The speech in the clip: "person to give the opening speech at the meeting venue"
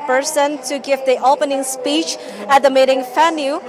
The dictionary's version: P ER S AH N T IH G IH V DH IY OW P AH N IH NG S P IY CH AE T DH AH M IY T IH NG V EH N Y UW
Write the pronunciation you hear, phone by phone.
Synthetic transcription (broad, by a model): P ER S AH N T IH G IH V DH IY OW P AH N IH NG S P IY CH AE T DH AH M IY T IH NG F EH N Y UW